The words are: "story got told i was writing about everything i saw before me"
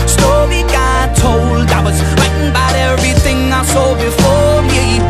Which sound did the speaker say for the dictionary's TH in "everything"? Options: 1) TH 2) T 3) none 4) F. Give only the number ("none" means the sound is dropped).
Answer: 1